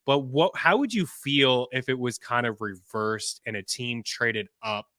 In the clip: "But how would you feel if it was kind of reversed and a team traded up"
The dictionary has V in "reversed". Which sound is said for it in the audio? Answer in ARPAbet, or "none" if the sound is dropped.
V